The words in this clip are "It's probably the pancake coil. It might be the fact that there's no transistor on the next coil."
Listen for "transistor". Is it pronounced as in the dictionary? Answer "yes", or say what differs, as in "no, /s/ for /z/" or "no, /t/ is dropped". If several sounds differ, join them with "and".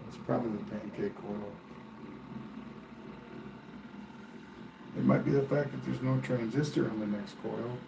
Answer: yes